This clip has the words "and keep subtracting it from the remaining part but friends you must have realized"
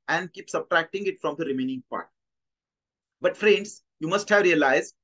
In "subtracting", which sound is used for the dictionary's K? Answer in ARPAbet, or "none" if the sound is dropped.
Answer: K